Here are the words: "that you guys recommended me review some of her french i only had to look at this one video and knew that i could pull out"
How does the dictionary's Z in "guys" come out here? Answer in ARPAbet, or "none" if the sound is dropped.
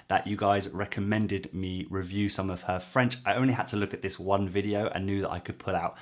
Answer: Z